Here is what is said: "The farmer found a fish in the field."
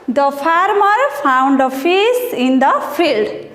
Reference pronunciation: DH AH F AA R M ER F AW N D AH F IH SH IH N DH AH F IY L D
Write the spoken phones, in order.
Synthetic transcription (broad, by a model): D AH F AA R M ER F AW N D AH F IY S IH N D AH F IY L D